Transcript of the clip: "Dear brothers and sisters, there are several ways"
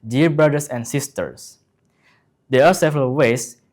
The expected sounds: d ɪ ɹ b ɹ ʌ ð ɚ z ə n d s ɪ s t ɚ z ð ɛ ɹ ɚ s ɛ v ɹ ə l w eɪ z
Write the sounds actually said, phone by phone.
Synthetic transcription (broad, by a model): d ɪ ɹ b ɹ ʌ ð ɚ s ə n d s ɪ s t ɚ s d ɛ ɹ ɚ s ɛ v ɹ ə l w eɪ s